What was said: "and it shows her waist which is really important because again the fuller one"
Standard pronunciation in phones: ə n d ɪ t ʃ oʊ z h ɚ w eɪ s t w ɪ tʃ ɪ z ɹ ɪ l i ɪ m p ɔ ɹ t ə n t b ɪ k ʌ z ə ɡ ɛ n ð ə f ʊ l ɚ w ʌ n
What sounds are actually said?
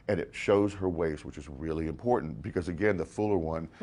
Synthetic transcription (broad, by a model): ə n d ɪ t ʃ oʊ z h ɚ w eɪ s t w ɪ tʃ ɪ z ɹ ɪ l i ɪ m p ɔ ɹ t n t b ɪ k ʌ z ə ɡ ɛ n ð ə f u l ɚ w ʌ n